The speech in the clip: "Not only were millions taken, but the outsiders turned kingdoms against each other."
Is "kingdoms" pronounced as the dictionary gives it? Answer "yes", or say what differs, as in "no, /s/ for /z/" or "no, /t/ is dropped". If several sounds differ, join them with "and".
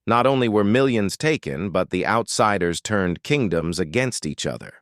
yes